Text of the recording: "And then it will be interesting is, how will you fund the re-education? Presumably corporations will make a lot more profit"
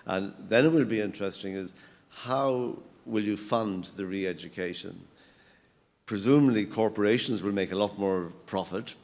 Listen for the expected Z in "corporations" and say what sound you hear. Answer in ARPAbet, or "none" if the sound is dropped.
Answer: Z